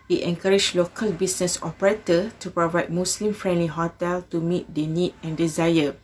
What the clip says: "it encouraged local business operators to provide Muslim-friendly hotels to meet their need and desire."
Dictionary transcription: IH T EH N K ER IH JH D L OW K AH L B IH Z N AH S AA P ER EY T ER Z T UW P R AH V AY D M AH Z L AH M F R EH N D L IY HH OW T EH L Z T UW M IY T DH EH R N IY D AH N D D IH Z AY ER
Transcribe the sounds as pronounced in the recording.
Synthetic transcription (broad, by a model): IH T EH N K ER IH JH L OW K AH L B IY S N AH S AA P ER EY T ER T UW P R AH V AY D M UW S L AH M F R EH N D L IY HH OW T EH L T UW M IY T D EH N IY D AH N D D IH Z AY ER